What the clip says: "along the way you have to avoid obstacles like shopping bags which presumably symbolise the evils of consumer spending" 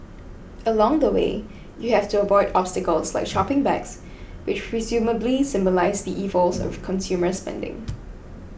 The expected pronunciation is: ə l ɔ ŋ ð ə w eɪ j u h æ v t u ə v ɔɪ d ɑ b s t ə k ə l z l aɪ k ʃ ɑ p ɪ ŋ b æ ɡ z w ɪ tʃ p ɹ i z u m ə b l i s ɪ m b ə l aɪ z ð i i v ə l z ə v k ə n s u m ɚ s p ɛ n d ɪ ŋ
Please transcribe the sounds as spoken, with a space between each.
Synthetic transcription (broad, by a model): ə l ɔ ŋ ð ə w eɪ j u h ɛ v t u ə b ɔɪ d ɑ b s t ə k ə l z l aɪ k ʃ ɑ p ɪ ŋ b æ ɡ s w ɪ tʃ p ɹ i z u m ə b l i s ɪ m b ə l aɪ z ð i i v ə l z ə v k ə n s u m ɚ s p ɛ n d ɪ ŋ